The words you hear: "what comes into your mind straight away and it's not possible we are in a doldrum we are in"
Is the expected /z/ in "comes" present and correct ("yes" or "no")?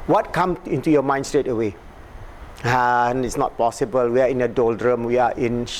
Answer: no